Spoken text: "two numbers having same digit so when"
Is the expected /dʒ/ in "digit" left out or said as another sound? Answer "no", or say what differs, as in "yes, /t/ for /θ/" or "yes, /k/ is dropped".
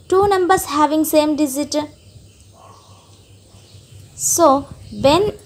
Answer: yes, /z/ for /dʒ/